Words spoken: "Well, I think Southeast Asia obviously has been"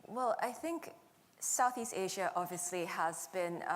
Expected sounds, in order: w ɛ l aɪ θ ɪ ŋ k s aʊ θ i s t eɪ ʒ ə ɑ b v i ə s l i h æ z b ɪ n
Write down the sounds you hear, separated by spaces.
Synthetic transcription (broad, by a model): w ɛ l aɪ θ ɪ ŋ k s aʊ θ i s t eɪ ʒ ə ɑ b v i ə s l i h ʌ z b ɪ n